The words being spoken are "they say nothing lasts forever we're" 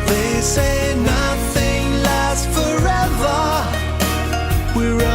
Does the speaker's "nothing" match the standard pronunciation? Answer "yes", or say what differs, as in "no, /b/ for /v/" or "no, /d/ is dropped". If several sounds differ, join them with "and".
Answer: yes